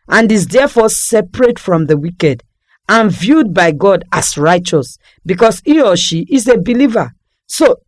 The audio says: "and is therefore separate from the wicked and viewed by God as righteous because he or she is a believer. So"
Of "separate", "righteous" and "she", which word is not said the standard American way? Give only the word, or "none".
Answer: none